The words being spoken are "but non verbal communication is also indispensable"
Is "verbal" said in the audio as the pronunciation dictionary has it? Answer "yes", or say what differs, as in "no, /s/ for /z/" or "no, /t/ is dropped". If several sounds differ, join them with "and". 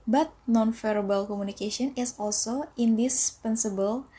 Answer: no, /f/ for /v/